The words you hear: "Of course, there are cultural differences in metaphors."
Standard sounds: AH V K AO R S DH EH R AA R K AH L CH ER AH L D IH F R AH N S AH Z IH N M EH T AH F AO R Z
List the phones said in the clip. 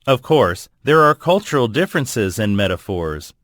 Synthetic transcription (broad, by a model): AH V K AO R S DH EH R AA R K AH L CH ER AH L D IH F R AH N S AH Z IH N M EH T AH F AO R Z